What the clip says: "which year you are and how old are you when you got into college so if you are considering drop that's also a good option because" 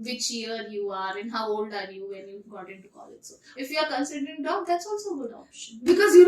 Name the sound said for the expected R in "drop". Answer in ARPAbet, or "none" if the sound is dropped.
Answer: none